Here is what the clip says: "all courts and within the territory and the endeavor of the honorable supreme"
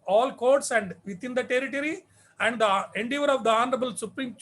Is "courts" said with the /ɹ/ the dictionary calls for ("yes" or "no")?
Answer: yes